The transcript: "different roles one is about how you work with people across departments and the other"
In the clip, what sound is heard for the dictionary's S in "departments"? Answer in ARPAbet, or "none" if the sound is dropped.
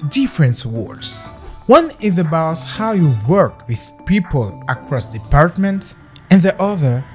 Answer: none